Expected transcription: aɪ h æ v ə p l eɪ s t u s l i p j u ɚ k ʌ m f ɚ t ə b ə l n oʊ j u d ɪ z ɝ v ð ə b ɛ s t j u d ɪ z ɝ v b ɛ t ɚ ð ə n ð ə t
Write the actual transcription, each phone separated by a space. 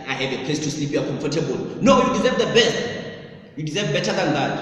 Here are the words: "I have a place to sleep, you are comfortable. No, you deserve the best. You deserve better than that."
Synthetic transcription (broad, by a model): aɪ h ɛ v ə p l eɪ s t u s i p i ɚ k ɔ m f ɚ t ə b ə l n oʊ j u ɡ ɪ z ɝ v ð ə b ɛ s t j u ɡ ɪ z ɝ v b ɛ t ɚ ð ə n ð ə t